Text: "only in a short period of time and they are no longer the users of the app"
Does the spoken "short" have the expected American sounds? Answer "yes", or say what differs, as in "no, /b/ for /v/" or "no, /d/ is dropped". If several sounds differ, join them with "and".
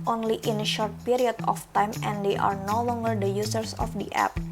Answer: yes